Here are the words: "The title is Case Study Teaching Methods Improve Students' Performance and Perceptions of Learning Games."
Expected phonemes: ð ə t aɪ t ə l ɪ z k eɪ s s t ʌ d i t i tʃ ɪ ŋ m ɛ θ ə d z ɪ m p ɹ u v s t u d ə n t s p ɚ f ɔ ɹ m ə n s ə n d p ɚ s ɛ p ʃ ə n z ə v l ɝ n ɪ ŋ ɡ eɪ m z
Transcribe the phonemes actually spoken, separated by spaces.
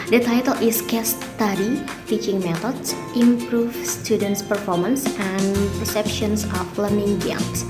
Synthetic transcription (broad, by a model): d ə t aɪ t ə l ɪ s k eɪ s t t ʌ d i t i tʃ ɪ ŋ m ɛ t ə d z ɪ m p ɹ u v s t u d ə n t s p ɚ f ɔ ɹ m ə n s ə n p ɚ s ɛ p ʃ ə n s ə f l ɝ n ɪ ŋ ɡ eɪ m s